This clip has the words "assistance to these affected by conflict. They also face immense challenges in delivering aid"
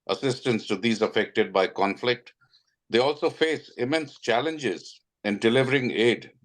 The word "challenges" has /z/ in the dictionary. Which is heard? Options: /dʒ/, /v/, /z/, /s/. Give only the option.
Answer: /z/